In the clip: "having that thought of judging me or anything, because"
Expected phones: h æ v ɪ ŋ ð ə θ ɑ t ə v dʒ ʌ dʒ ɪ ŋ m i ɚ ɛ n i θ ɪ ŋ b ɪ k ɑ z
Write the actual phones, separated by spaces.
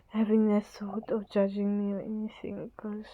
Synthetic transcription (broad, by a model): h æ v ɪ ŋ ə s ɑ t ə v dʒ ʌ dʒ ɪ ŋ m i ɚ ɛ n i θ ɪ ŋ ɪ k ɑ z